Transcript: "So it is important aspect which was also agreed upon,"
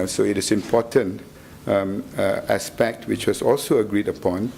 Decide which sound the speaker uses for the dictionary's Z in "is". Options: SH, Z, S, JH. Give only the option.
S